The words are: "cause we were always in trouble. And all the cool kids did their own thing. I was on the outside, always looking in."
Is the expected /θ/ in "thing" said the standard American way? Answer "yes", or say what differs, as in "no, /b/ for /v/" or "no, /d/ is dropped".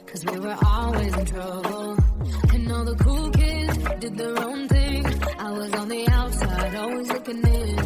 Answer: yes